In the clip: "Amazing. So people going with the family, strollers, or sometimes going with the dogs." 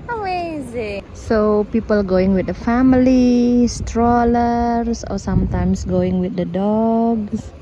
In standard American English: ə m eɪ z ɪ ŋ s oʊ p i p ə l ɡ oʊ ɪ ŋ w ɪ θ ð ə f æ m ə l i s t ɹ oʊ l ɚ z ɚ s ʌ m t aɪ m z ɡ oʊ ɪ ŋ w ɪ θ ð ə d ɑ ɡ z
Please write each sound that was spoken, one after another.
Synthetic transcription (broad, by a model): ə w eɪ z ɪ s oʊ p i p ə l ɡ oʊ ɪ ŋ w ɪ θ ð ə f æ m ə l i s t ɹ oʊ l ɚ s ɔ s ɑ m t aɪ m s ɡ oʊ ɪ ŋ w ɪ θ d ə d ɑ ɡ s